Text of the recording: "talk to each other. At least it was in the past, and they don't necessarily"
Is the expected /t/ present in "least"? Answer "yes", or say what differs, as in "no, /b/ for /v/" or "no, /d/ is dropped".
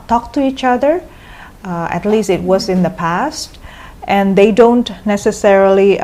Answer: yes